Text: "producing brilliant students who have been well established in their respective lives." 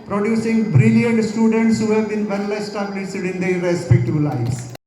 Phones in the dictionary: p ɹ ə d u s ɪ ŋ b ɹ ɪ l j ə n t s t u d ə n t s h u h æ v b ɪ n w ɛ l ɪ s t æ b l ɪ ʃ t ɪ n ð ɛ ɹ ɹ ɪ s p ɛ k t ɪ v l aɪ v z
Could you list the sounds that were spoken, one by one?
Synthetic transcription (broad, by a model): p ɹ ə d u s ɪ ŋ b ɹ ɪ l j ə n t s t u d ə n t s h u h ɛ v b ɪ n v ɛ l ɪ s t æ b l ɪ s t ɪ n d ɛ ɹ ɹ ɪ s p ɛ k t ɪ b l aɪ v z